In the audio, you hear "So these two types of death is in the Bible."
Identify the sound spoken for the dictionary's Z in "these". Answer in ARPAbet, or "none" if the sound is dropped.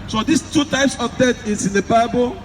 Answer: S